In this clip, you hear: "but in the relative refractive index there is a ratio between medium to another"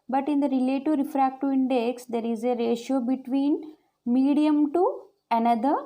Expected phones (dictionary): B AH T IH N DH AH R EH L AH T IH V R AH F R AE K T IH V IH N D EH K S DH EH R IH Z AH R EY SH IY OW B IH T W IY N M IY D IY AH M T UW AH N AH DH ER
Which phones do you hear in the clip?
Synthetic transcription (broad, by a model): B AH T IH N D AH R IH L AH T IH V R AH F R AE K T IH IH N D EH K S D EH R IH Z AH R EY SH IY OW B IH T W IY N M IY D IY AH M T UW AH N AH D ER